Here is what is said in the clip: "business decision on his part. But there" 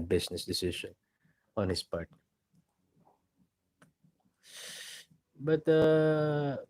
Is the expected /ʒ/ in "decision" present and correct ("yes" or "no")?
no